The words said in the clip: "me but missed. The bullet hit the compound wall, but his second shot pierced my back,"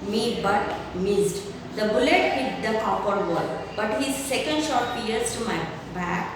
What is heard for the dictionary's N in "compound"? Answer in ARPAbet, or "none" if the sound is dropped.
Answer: none